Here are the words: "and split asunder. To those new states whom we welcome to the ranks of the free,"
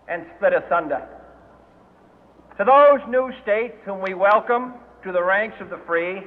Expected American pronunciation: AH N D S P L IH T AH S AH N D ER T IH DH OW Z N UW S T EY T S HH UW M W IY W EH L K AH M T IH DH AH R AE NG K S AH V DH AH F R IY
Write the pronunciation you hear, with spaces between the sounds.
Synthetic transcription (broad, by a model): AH N S P L IH T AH S AH N D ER T IH DH OW Z N UW S T EY T S HH UW M W IY W EH L K AH M T IH DH AH R AE NG K S AH V DH AH F R IY